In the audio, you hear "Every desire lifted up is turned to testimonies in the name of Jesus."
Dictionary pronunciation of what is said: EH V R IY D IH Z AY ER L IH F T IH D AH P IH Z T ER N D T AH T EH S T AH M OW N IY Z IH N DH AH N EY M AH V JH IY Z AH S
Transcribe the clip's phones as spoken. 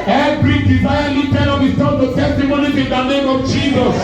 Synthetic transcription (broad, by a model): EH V R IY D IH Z AY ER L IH T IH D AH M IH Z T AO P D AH T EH S T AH M OW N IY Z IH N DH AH N EY M AH V JH IY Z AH S